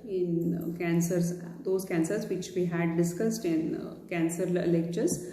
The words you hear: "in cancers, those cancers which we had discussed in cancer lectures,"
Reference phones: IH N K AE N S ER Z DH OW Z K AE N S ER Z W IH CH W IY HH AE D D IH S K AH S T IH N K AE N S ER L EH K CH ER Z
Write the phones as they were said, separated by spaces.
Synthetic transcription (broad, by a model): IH N K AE N S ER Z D OW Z K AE N S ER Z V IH CH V IY HH AE D D IH S K AH S T IH N K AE N S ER L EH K CH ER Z